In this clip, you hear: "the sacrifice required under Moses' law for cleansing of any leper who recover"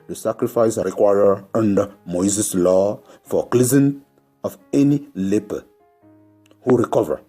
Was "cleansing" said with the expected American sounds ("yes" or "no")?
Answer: no